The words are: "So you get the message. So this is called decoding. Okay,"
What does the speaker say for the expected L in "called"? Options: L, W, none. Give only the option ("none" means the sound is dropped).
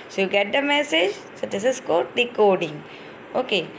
none